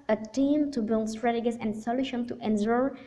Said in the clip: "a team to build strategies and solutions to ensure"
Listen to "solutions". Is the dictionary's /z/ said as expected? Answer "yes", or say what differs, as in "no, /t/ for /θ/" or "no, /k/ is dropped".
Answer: no, /z/ is dropped